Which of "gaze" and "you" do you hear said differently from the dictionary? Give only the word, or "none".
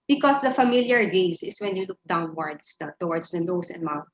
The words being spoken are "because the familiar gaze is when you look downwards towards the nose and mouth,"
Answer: gaze